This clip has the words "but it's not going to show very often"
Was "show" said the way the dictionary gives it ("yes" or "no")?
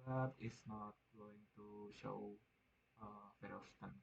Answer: yes